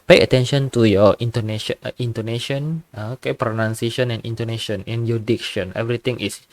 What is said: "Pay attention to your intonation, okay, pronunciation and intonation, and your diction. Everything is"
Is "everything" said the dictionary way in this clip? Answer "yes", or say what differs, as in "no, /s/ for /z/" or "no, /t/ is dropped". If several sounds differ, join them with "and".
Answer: no, /t/ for /θ/